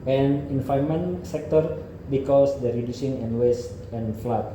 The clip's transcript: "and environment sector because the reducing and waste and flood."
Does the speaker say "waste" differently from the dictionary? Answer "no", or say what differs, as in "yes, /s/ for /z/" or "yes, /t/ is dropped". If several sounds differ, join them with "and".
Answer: no